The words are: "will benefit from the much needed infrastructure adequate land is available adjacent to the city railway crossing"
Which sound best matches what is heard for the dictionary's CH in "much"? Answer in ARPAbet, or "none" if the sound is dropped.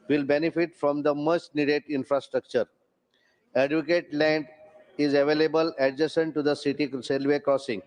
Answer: S